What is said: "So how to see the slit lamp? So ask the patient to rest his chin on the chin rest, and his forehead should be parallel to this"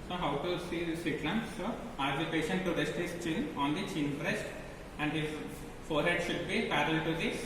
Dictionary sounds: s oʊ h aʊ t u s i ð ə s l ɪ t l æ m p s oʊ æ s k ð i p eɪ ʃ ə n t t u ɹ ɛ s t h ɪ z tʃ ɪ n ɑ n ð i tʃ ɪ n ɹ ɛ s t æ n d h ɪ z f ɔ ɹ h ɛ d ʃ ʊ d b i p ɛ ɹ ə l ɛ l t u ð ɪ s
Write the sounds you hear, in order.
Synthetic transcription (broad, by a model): s oʊ h aʊ t u s i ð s ɪ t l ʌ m s oʊ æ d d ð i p eɪ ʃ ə n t t u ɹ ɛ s t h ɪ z tʃ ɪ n ɑ n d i tʃ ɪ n ɹ ɛ s t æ n d h ɪ z f ɔ ɹ h ɛ d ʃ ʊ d b i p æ ɹ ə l l t u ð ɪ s